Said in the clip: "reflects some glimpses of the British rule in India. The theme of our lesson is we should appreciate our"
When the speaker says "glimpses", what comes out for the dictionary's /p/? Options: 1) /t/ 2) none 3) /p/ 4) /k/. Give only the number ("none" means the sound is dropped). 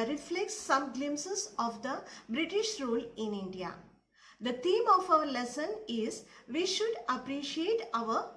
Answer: 2